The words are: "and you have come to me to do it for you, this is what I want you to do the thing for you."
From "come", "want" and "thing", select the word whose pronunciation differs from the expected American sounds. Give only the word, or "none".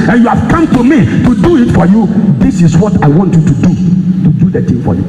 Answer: thing